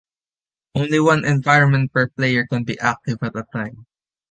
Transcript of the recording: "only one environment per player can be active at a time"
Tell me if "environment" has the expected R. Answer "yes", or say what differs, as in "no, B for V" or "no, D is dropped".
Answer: yes